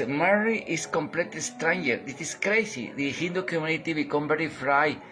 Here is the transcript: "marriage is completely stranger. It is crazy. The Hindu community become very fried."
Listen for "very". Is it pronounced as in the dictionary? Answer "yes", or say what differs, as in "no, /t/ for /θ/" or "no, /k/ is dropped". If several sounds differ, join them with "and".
no, /b/ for /v/